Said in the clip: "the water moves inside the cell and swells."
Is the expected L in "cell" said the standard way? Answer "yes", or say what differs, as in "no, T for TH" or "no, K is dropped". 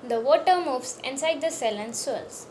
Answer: yes